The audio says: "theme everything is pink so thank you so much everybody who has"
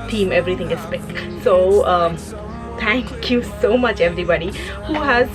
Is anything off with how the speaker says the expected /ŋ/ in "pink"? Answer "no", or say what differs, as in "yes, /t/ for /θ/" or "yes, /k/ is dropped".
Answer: yes, /ŋ/ is dropped